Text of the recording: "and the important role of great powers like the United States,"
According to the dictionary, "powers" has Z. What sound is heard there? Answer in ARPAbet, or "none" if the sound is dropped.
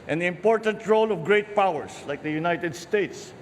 S